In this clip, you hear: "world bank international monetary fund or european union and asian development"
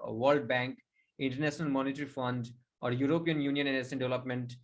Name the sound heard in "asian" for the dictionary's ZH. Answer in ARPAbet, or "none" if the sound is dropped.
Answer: S